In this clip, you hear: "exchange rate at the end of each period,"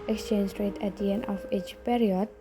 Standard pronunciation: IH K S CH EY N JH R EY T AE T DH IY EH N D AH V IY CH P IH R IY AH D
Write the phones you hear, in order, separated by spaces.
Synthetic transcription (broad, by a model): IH K S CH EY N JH R EY T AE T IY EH N AH F IY CH P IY R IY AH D